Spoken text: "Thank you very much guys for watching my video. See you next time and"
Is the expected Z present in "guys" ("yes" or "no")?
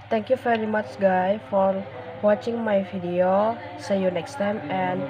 no